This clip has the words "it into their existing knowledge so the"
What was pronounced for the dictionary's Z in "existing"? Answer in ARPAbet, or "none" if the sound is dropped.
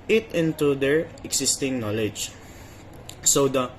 S